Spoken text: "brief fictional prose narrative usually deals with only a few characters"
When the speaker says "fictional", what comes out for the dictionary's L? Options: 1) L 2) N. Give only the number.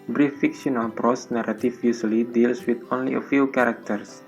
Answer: 2